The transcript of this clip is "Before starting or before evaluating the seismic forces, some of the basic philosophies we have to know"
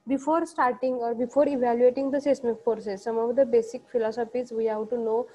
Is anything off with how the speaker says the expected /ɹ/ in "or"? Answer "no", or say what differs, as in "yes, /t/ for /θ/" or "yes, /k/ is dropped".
no